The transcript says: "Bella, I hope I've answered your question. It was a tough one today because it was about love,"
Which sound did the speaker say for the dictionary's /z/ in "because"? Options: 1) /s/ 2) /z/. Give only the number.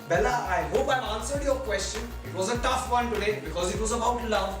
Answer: 2